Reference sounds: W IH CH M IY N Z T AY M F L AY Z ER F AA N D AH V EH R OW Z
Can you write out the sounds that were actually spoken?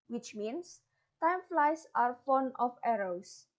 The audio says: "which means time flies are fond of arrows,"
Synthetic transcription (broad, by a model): W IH CH M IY N S T AY M F L AY S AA F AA N AH F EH R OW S